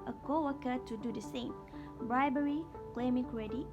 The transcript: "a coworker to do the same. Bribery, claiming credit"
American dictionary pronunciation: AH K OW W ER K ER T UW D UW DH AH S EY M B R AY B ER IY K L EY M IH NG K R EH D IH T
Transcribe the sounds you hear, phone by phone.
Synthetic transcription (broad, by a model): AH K OW W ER K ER T UW D UW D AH S EY M B R AY B ER IY K L EY M IH NG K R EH D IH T